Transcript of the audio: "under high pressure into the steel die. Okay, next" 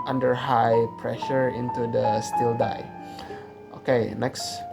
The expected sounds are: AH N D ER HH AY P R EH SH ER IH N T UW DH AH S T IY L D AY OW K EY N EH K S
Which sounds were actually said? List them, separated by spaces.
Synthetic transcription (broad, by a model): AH N D ER HH AY P R EH SH ER IH N T UW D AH S T IY L D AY OW K EY N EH K S